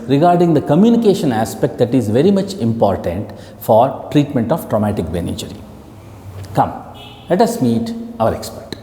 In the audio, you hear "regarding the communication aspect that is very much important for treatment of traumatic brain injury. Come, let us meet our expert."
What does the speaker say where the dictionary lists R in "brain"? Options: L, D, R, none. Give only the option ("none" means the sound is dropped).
none